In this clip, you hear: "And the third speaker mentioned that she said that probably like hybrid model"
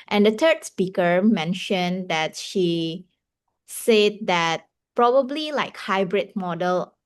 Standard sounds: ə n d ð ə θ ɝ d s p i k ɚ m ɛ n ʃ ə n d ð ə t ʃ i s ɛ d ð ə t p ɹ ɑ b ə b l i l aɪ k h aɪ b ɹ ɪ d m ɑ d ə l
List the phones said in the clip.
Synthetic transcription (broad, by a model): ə n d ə t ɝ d s p i k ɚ m ɛ n ʃ ə n d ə t ʃ i s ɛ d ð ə t p ɹ ɑ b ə b l i l aɪ k h aɪ b ɹ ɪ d m ɑ d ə l